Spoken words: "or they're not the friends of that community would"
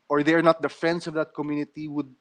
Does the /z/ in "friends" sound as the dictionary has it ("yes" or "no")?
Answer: no